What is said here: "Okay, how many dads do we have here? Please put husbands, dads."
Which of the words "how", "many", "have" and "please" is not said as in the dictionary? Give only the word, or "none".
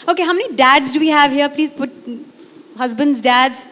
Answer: none